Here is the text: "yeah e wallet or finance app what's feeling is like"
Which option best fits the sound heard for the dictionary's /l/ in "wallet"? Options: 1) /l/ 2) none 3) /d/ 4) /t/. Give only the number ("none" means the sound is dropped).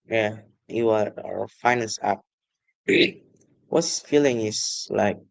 2